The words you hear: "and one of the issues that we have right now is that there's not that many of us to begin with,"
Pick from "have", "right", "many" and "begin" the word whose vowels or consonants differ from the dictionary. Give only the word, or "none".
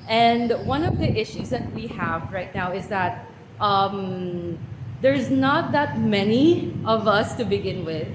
none